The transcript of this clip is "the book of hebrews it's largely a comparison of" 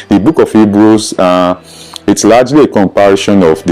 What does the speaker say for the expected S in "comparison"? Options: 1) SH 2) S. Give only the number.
1